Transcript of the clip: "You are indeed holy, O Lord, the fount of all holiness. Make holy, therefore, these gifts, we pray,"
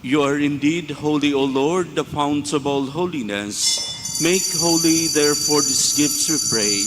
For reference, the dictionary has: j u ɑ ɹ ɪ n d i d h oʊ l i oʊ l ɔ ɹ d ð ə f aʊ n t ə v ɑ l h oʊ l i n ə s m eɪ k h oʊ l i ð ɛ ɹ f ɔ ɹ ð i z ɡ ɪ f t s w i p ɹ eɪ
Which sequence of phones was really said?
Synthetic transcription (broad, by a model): j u ɑ ɹ ɪ n d i d h oʊ l i oʊ l ɔ ɹ d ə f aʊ n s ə b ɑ l h oʊ l i n ə s m eɪ k h oʊ l i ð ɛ ɹ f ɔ ɹ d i s ɡ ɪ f t s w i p ɹ eɪ